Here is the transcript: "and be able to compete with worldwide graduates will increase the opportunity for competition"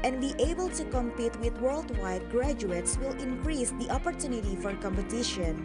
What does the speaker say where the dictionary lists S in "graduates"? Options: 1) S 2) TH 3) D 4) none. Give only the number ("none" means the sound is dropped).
1